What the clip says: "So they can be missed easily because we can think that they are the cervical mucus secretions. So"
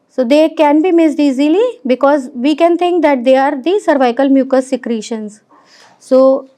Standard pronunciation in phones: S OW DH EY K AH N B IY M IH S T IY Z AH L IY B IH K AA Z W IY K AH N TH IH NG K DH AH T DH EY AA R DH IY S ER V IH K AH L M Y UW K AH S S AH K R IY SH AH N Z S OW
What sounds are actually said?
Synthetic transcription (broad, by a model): S OW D EY K AH N B IY M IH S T IY Z AH L IY B IH K AA Z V IY K AH N T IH NG K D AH T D EY AA R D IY S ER V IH K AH L M Y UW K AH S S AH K R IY SH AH N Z S OW